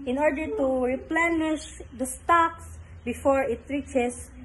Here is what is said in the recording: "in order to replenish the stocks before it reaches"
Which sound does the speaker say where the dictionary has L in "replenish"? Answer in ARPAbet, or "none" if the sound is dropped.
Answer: L